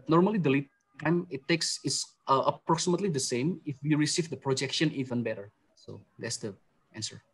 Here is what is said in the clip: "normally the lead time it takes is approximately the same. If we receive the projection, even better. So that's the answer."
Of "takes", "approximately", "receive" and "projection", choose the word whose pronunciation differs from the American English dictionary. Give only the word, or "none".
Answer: none